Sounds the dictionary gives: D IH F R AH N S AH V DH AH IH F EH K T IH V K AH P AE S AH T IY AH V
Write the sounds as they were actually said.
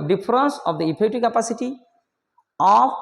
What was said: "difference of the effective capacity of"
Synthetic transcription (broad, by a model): D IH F R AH N S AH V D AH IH P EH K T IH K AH P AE S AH T IY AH